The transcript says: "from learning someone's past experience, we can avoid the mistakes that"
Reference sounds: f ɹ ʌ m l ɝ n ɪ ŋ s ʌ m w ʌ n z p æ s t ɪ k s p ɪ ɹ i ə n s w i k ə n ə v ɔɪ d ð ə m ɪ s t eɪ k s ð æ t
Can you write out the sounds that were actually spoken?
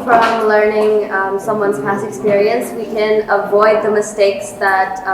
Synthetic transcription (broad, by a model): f ɹ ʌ m l ɝ n ɪ ŋ s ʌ m w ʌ n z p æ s ɪ k s p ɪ ɹ i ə n s w i k ə n ə v ɔɪ d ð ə m ɪ s t eɪ k s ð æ t